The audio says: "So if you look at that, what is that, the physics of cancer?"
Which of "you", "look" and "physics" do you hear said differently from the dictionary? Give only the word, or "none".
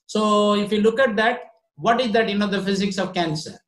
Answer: none